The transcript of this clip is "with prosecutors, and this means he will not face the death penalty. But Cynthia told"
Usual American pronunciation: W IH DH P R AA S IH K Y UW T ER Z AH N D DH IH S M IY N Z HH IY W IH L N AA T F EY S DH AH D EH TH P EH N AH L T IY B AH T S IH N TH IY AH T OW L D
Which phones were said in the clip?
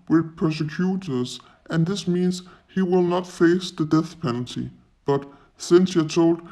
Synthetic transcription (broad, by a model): W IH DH P R S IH K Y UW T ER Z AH N DH IH S M IY N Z HH IY W IH L N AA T F EY S DH AH D EH TH P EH N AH L T IY B AH T S IH N S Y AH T OW L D